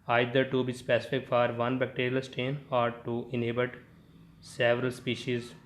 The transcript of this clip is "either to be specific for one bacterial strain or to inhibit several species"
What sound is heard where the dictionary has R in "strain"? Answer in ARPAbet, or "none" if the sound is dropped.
none